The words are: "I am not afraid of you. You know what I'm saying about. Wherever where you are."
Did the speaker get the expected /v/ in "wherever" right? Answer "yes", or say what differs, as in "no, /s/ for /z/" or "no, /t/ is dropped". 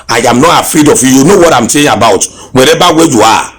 no, /b/ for /v/